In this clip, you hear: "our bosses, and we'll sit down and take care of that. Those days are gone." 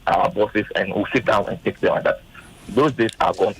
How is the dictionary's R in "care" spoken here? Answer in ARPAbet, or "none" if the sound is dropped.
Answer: L